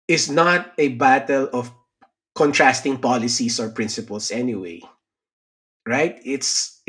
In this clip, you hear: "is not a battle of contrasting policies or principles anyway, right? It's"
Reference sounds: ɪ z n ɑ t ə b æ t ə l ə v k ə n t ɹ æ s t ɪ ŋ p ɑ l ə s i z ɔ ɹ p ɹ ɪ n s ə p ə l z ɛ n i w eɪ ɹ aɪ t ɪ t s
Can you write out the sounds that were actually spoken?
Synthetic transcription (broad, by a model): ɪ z n ɑ t ə b æ t ə l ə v k ə n t ɹ æ s t ɪ ŋ p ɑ l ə s i s ɔ ɹ p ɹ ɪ n s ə p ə l s ɛ n i w eɪ ɹ aɪ t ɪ t s